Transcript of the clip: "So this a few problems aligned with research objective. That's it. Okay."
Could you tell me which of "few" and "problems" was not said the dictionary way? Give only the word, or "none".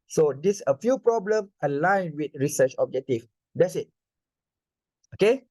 problems